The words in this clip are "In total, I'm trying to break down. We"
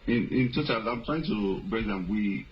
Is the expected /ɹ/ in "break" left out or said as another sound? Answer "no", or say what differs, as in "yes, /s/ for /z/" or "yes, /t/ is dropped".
yes, /ɹ/ is dropped